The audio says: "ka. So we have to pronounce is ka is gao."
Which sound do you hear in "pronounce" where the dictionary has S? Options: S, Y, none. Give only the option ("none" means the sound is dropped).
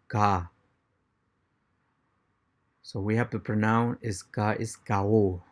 none